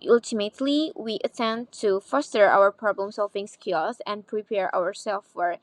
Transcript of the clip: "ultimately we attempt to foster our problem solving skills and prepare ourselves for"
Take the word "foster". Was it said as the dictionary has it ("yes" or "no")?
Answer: yes